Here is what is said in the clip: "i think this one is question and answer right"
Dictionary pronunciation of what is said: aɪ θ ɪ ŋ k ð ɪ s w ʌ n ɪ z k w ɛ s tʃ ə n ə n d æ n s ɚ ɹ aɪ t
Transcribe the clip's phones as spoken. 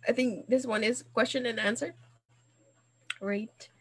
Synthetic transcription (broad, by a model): aɪ θ ɪ ŋ k ð ɪ s w ʌ n ɪ z k w ɛ s tʃ ə n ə n æ n s ɚ ɹ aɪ t